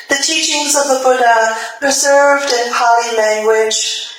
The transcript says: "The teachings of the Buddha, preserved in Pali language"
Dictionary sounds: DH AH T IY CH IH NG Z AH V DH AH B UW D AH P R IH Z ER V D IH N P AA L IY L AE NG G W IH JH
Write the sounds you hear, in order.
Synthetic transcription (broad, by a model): DH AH T IY CH IH NG Z AH V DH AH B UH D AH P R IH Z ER V D IH N P AA L IY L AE NG G W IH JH